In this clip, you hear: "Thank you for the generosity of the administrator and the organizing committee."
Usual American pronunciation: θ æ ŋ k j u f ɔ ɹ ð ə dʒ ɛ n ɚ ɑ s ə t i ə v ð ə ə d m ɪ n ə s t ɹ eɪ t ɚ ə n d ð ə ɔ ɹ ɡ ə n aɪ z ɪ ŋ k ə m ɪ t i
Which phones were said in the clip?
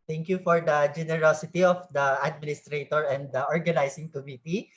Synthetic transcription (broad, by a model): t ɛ ŋ k j u f ɔ ɹ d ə dʒ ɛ n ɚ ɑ s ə t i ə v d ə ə d m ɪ n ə s t ɹ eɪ t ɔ ə n d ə ɔ ɹ ɡ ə n aɪ s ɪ ŋ k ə m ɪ t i